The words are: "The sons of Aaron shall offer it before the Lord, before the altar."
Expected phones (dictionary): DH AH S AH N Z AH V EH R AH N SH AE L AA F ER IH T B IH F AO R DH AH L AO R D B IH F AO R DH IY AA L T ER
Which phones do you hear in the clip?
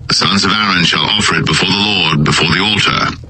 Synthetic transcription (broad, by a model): DH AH S AH N Z AH V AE R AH N SH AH L AA F ER IH T B IH F AO R DH AH L AO R D B IH F AO R DH IY AA L T ER